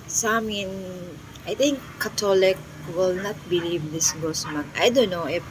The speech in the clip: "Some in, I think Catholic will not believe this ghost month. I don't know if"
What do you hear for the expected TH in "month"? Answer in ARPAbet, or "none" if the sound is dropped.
T